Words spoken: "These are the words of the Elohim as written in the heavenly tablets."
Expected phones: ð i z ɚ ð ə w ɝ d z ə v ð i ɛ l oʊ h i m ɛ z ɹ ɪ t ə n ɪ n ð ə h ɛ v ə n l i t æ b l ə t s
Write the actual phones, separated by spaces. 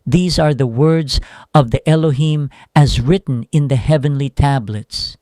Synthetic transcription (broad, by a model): ð i z ɚ ð ə w ɝ d z ə v ð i ɛ l oʊ h i m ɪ z ɹ ɪ t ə n ɪ n ð ə h ɛ v ə n l i t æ b l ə t s